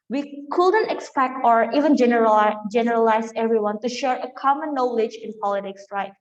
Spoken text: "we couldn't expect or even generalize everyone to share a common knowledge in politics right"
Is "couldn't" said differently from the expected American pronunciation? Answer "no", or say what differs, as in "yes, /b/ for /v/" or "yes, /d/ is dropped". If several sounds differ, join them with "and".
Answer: no